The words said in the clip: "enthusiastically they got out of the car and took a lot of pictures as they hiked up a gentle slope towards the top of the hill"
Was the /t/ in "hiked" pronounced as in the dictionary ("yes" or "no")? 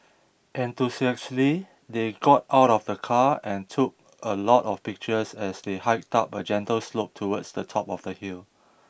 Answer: yes